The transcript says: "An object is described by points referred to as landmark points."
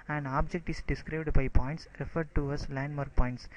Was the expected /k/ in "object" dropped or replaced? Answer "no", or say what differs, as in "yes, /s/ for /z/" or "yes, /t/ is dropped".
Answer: no